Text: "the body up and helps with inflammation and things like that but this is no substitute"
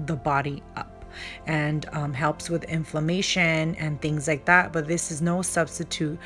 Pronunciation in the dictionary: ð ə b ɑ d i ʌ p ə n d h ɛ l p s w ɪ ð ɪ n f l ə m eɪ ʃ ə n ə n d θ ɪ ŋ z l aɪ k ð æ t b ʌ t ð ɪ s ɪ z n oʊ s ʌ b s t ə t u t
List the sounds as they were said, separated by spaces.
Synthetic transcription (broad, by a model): ð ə b ɑ d i ʌ p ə n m h ɛ l p s w ɪ ð ɪ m f l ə m eɪ ʃ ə n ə n θ ɪ ŋ z l aɪ k ð æ t b ʌ t ð ɪ s ɪ z n oʊ s ʌ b s t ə t u t